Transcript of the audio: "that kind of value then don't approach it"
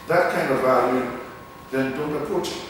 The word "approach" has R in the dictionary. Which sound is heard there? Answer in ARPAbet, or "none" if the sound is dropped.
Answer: none